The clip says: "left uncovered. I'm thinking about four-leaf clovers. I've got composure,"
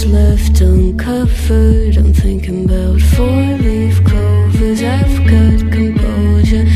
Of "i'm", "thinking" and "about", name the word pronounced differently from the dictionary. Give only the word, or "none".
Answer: none